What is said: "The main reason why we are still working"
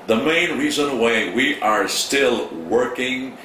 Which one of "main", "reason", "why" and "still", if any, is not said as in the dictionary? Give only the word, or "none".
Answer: none